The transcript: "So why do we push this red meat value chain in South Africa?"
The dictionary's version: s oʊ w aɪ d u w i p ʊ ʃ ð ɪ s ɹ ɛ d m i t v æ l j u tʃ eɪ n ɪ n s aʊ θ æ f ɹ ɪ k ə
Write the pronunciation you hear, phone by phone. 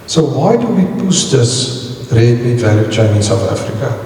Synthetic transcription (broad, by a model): s oʊ w aɪ d u w i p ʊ s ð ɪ s ɹ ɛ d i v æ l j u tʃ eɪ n ɪ n s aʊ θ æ f ɹ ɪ k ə